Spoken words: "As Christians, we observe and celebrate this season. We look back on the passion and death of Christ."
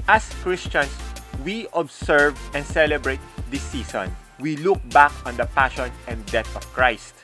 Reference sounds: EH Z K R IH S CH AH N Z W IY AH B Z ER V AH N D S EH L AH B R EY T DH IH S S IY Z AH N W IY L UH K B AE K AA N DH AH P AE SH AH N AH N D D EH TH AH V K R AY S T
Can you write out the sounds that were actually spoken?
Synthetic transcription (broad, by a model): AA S K R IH S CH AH N S W IY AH B S ER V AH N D S EH L AH B R EY T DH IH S S IY S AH N W IY L UH K B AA K AA N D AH P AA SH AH N AH N D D EH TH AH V K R AY S T